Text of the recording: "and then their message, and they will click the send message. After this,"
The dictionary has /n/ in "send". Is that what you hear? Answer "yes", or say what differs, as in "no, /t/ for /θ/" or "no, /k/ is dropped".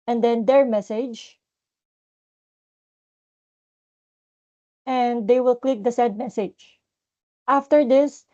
no, /n/ is dropped